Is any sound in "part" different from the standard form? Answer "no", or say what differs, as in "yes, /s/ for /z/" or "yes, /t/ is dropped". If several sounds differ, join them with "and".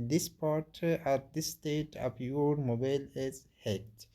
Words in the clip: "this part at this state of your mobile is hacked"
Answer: no